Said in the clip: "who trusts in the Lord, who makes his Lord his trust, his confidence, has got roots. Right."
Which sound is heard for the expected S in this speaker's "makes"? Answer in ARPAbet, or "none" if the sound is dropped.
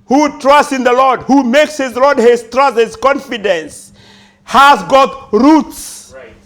S